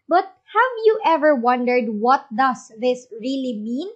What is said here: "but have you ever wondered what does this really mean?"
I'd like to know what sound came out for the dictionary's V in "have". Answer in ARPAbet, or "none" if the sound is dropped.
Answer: V